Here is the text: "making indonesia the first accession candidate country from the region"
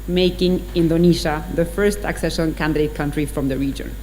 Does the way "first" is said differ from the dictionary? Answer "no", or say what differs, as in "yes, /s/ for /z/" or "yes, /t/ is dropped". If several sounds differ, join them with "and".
no